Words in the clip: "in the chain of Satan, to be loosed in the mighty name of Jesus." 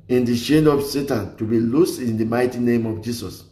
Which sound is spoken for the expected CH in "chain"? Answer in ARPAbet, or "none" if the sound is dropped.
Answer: SH